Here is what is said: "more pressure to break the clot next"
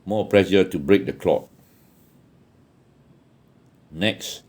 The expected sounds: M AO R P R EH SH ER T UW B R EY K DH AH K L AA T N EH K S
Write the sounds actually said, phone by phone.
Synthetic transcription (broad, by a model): M AO P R EH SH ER T UW B R EY K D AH K L AA T N EH K S